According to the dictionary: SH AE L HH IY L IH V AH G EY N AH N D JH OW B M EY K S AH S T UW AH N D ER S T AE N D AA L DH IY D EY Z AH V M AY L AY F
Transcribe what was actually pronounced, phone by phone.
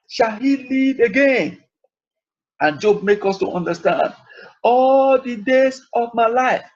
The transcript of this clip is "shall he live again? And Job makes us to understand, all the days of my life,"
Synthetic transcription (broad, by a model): SH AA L HH IY L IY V AH G EY N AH N JH OW B M EY K AH S T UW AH N D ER S T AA N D AA L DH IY D EY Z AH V M AY L AY F